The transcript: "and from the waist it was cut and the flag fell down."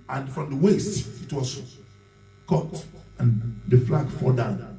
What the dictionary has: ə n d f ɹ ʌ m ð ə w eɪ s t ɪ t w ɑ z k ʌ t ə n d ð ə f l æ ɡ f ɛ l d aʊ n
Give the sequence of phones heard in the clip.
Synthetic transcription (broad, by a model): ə n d f ɹ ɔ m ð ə w eɪ s t ɪ t w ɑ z k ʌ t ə n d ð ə f l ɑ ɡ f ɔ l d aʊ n